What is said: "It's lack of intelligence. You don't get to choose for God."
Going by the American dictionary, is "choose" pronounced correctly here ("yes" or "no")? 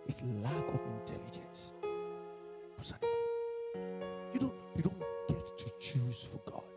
yes